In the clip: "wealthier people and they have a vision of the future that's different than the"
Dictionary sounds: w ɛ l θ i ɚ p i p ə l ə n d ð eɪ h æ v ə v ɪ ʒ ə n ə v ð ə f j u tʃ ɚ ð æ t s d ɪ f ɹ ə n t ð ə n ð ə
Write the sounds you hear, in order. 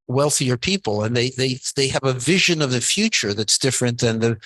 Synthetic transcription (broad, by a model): w ɛ l θ i ɚ p i p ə l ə n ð ð eɪ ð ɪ v ə v ɪ ʒ ə n ə v ð ə f j u tʃ ɚ ð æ t s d ɪ f ɹ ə n ð ə n ð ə